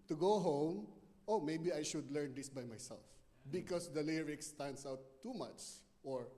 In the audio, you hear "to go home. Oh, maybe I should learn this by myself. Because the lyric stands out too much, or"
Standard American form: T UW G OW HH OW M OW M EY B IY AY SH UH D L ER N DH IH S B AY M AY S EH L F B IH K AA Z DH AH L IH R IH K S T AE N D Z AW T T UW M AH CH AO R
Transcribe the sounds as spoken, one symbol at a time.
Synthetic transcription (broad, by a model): T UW G OW HH OW M OW M EY B IY AY SH UH D L ER N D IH S B AY M AY S EH L F B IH K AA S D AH L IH R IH K S T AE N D S AW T T UW M AH CH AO R